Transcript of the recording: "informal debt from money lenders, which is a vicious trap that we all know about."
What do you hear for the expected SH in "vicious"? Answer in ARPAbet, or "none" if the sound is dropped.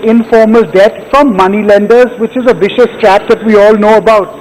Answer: SH